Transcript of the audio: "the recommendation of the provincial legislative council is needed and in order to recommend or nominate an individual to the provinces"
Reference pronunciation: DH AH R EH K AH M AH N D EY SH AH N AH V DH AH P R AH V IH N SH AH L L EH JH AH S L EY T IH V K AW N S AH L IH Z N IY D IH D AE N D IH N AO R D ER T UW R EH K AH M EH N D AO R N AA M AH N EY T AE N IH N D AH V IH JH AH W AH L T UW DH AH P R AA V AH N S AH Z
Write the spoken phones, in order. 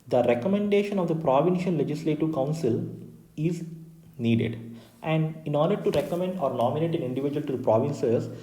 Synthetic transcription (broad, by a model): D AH R EH K AH M AH N D EY SH AH N AH V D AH P R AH V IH N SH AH N L EH JH AH S L EY T IH V K AW N S AH L IH Z N IY D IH D AE N D IH N AO R D ER T UW R EH K AH M EH N D AO R N AA M AH N EY T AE N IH N D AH V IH JH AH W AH L T UW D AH P R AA V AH N S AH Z